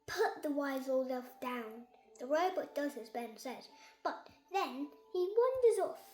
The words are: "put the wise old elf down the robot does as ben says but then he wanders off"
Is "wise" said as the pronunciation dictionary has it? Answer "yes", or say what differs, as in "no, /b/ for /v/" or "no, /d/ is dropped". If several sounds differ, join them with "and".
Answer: yes